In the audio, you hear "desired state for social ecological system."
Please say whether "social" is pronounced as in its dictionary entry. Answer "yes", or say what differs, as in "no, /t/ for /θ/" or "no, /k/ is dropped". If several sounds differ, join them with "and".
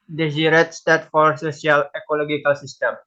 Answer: no, /s/ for /ʃ/